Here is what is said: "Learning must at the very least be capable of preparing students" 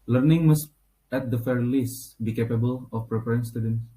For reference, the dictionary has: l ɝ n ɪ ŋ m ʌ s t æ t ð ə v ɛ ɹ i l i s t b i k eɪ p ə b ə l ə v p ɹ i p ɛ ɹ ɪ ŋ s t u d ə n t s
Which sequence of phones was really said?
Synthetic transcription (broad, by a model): l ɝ n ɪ ŋ m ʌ s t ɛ t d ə f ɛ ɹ l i s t b i k eɪ p ə b ə l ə f p ɹ i p ɛ ɹ ɪ ŋ s t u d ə n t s